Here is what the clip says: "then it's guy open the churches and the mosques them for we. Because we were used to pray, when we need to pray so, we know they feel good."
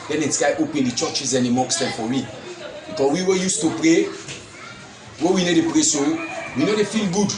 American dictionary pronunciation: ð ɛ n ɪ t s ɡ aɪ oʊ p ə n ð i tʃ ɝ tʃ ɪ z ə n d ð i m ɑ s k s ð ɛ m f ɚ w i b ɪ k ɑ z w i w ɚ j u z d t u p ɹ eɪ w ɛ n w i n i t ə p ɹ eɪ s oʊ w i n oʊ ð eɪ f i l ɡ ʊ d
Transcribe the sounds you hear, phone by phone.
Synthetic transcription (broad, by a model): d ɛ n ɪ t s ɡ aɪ oʊ p ə n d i tʃ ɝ tʃ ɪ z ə n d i m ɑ k s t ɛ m f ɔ w i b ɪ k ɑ w i w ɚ j u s t u p ɹ eɪ w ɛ w i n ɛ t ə p ɹ eɪ s oʊ w i n oʊ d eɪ f i l ɡ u d